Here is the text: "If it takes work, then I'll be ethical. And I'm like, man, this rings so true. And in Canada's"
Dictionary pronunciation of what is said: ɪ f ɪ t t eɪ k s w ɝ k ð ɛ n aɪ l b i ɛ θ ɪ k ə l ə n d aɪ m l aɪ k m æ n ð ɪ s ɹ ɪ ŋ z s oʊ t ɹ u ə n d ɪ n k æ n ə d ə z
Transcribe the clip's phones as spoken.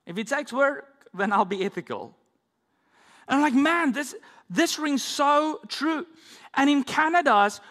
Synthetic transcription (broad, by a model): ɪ f ɪ t t eɪ k s w ɝ k ð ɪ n aɪ l b i ɛ θ ɪ k ə l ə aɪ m l aɪ k m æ n ð ɪ s ɹ ɪ ŋ z s oʊ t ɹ u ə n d ɪ n k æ n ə d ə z